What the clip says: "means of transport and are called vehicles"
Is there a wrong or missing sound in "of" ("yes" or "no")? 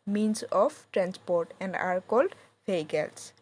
yes